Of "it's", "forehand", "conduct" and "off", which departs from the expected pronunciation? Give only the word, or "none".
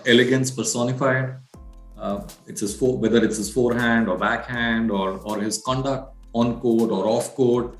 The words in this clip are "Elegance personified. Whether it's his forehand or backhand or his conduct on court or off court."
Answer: none